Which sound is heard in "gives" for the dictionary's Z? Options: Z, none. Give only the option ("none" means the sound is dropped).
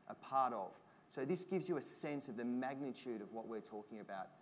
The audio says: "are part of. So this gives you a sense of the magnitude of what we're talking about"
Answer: Z